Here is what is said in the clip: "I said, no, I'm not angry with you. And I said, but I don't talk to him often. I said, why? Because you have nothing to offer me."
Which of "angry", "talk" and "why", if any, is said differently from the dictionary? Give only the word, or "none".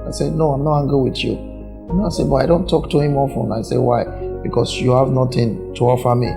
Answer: angry